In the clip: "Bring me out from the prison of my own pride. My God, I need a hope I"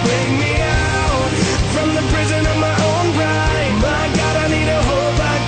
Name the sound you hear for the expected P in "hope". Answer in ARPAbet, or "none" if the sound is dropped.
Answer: B